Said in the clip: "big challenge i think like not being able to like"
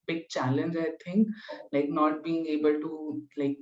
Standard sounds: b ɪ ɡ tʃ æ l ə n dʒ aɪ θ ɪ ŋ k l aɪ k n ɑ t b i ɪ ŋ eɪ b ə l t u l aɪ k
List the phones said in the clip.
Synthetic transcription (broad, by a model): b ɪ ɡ tʃ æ l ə n dʒ aɪ t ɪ ŋ k l aɪ k n ɑ t b i ɪ ŋ eɪ b ə l t u l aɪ k